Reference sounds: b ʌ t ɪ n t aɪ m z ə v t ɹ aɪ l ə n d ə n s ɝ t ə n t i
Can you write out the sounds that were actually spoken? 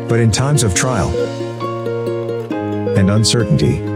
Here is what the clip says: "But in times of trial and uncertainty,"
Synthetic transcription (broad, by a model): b ʌ t ɪ n t aɪ m z ə v t ɹ aɪ l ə n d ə n s ɝ t n t i